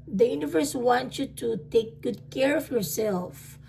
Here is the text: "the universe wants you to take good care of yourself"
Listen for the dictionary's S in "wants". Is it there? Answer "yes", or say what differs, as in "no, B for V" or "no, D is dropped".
no, S is dropped